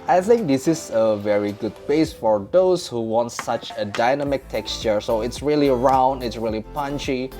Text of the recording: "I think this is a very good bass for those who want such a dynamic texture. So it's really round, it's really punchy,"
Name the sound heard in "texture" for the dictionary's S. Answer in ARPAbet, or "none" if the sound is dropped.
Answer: S